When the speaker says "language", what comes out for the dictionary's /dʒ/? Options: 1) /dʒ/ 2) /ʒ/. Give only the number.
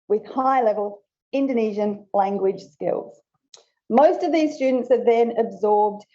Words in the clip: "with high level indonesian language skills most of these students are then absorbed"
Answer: 2